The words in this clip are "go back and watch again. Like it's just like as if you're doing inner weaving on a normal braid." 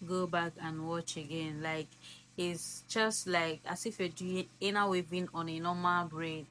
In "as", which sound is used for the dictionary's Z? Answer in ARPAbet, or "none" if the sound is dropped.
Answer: S